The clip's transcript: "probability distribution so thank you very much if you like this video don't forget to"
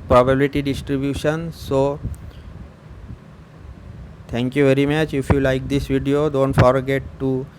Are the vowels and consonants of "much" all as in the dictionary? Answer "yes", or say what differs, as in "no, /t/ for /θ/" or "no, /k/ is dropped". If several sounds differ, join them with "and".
yes